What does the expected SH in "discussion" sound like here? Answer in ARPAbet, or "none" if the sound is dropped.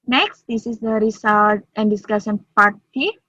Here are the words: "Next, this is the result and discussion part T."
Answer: S